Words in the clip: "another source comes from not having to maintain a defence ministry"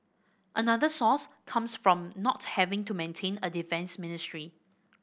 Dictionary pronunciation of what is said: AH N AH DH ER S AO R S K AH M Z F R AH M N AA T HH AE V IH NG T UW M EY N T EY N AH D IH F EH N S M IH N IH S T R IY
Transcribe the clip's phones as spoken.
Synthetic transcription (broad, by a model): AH N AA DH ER S AO S K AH M S F R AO M N AA T HH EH V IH NG T UW M EY N T EY N AH D IH F EH N S M IH N IH S T R IY